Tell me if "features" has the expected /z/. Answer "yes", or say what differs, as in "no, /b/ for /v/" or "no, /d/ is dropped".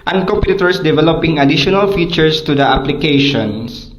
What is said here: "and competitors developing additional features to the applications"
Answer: no, /s/ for /z/